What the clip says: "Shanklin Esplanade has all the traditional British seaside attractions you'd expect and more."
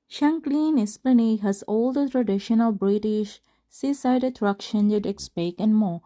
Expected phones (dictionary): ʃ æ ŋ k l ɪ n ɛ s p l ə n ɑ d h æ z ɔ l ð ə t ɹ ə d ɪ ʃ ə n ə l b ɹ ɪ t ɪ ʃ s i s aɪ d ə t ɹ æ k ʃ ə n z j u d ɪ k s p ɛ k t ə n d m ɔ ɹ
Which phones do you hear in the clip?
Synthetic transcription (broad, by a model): ʃ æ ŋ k l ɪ n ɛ s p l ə n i h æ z ɔ l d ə t ɹ ə d ɪ ʃ ə n ə l b ɹ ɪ t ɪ ʃ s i s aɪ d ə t ɹ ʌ k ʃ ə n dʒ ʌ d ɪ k s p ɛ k ə n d m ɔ